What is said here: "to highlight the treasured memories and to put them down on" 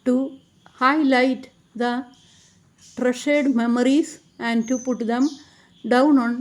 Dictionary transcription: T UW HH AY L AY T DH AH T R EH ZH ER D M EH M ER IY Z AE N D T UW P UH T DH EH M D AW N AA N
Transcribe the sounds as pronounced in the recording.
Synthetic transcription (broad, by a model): T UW HH AY L AY T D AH T R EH SH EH D M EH M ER IY S AE N D T UW P UH T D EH M D AW N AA N